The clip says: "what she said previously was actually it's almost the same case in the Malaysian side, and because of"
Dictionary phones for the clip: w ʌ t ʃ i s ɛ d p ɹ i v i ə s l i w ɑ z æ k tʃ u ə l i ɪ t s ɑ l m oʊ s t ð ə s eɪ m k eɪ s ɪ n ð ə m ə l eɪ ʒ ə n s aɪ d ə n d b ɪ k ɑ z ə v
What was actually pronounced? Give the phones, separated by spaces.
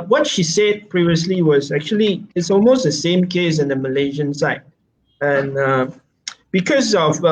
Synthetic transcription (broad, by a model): w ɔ t ʃ i s ɛ d p ɹ i v i ə s l i w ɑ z æ k tʃ u ə l i ɪ t s ɑ l m oʊ s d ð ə s eɪ m k eɪ s ɪ n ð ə m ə l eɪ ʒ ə n s aɪ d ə n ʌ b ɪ k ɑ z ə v